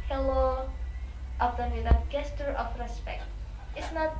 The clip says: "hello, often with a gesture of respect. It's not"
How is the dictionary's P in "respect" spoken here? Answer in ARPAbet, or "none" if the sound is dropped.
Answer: P